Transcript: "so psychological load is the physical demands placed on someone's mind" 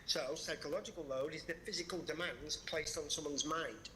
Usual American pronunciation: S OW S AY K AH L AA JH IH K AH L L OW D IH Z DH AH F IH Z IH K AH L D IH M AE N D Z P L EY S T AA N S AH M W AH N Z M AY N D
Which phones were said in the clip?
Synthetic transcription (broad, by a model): S OW S AY K AH L AA JH IH K AH L L OW D IH Z DH AH F IH Z IH K AH L D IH M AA N D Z P L EY S T N S AH M W AH N Z M AY N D